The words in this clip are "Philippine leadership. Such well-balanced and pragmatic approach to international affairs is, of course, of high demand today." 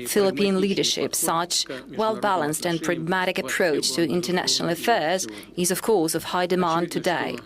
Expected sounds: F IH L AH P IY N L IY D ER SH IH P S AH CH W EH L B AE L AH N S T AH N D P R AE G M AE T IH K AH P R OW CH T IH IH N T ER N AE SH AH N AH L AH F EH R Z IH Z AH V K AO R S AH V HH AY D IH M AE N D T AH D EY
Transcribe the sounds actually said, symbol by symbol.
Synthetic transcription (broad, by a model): F IH L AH P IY N L IY D ER SH IH P S AH CH W EH L B AE L AH N S T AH N P R AE G M AE T IH K AH P R OW CH T IH IH N T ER N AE SH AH N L AH F EH R Z IH Z AH V K AO R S AH V HH AY D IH M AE N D T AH D EY